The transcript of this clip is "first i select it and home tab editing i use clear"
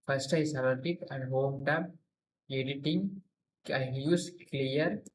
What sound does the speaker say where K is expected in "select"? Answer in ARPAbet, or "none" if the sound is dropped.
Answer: none